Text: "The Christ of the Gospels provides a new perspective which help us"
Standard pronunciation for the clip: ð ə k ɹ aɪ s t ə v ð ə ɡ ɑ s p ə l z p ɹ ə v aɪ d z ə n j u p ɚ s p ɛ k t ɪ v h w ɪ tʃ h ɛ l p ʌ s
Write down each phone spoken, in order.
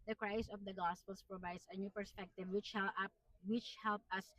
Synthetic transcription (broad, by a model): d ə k ɹ aɪ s ə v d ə ɡ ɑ s p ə l s p ɹ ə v aɪ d s ə n j u p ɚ s p ɛ k t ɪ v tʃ w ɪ tʃ h ɛ l p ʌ s